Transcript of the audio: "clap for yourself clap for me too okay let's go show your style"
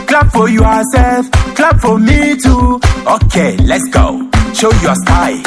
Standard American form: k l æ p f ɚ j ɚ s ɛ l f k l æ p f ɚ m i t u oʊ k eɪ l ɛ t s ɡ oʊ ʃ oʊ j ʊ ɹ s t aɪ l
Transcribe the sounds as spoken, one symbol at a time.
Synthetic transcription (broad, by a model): k l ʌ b f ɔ j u s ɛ l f k l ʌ b f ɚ m i t u oʊ k eɪ l ɛ t s ɡ oʊ ʃ oʊ j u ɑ s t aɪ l